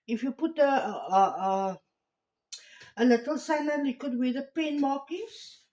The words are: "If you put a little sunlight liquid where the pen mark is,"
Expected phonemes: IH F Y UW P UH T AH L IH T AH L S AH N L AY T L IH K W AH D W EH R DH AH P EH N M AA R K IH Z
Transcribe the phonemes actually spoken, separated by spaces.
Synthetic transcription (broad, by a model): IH F Y UW P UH T AH L IH T AH L S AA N AY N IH K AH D W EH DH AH P EH N M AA K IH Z